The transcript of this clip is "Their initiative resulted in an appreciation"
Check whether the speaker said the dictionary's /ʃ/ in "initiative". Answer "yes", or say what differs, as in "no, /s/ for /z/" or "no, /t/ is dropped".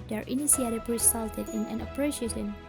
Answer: no, /s/ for /ʃ/